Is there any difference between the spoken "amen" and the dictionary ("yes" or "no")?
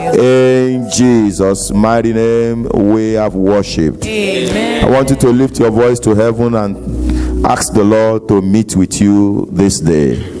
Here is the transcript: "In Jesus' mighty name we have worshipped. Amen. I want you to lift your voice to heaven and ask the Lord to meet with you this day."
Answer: yes